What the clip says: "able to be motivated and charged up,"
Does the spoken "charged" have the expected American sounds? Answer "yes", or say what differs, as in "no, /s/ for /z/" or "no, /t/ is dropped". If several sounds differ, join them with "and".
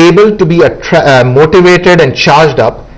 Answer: yes